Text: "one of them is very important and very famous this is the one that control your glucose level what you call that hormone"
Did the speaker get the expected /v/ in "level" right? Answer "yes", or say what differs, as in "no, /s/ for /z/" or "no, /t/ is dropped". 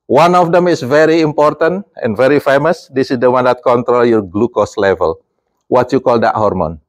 yes